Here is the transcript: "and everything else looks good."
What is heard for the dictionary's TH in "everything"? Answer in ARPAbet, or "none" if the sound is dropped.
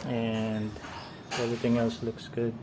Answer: T